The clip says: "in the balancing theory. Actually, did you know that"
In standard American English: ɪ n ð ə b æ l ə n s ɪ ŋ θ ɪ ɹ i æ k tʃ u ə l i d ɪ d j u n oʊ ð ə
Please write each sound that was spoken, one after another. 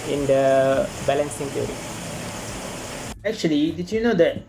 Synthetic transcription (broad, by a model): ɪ n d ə b æ l ə n s ɪ ŋ t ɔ ɹ i æ k tʃ u ə l i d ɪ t j u n oʊ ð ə